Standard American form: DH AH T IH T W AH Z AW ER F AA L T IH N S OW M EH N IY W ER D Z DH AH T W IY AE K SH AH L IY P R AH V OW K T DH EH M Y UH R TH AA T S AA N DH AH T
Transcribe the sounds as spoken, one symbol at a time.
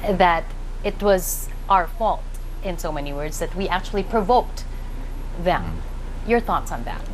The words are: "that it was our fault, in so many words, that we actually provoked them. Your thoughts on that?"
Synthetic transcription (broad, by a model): DH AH T IH T W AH Z AW ER F AA L T IH N S OW M EH N IY W ER D Z DH AH T W IY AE K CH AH L IY P R AH V OW K T DH EH M Y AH R TH AA T S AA N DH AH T